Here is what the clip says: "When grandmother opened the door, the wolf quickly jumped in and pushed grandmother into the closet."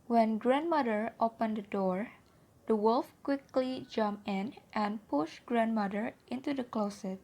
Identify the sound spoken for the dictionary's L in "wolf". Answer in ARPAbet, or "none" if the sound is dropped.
L